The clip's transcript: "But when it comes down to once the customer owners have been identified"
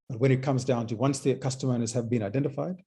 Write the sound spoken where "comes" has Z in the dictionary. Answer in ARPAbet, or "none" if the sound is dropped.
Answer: Z